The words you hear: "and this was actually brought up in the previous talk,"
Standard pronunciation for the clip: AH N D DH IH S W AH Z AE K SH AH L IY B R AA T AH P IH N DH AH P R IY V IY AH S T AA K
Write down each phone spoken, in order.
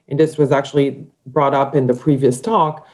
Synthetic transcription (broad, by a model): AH N DH IH S W AH Z AE K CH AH L IY B R AA T AH P IH N DH AH P R IY V IY AH S T AA K